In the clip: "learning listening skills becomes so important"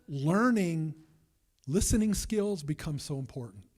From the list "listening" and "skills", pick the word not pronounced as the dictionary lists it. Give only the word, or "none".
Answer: none